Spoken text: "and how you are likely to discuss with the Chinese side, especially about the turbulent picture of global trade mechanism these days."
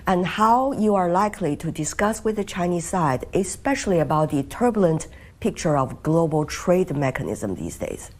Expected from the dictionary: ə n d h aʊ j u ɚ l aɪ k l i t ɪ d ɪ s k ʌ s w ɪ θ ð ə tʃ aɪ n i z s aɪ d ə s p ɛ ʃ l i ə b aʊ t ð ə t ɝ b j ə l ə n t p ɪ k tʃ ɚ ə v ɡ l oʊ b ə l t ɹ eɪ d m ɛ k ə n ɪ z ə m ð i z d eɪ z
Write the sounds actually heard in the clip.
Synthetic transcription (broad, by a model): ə n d h aʊ j u ɚ l aɪ k l i t ɪ d ɪ s k ʌ s w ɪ ð ə tʃ aɪ n i z s aɪ d ə s p ɛ ʃ l i ə b aʊ t ð ə t ɝ b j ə l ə n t p ɪ k tʃ ɚ ə v ɡ l oʊ b ə l t ɹ eɪ d m ɛ k ə n ɪ z ə m ð i z d eɪ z